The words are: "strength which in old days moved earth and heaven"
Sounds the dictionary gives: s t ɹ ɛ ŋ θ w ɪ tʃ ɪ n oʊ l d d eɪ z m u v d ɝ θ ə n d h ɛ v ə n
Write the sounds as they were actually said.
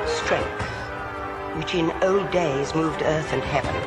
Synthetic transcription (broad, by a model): s t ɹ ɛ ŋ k w ɪ tʃ ɪ n oʊ l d d eɪ z m u v d ɝ θ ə n h ɛ v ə n